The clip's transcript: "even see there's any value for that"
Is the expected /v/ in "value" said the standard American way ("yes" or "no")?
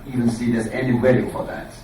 no